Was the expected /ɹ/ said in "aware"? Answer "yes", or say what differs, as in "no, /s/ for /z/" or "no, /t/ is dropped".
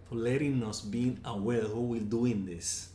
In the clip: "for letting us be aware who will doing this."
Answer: no, /l/ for /ɹ/